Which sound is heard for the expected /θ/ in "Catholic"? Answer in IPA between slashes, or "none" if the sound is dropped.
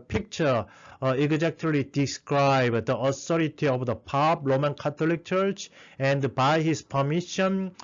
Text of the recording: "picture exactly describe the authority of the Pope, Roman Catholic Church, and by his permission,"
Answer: /t/